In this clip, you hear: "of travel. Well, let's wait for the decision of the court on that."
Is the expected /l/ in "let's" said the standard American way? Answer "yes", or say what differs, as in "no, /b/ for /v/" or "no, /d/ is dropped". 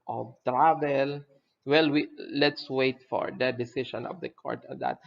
no, /w/ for /l/